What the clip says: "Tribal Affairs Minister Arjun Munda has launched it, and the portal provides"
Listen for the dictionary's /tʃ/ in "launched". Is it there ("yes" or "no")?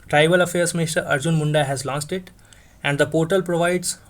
no